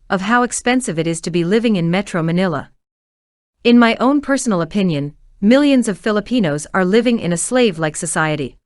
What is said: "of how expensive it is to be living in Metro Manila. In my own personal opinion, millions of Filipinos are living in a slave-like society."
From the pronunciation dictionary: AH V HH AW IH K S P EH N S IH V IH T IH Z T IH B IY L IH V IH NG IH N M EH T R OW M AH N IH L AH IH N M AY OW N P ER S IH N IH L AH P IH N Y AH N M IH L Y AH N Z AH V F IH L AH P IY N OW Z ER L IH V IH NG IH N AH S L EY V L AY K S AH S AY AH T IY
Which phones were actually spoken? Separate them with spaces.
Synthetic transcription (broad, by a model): AH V HH AW IH K S P EH N S IH V IH T IH Z T IH B IY L IH V IH NG IH N M EH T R OW M AH N IH L AH IH N M AY OW N P ER S N L AH P IH N Y AH N M IH L Y AH N Z AH V F IH L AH P IY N OW Z ER L IH V IH NG IH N AH S L EY V L AY K S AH S AY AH T IY